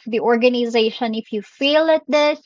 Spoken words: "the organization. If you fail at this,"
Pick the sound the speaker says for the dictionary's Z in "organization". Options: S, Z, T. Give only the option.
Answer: Z